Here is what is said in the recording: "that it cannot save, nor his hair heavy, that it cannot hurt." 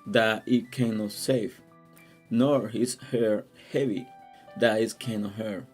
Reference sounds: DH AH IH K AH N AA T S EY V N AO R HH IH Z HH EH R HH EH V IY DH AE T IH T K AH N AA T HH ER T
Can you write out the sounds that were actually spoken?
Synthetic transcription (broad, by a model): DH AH IH K AH N AA T S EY F N AO R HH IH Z HH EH R HH EH V IY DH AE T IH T K AH N AA T HH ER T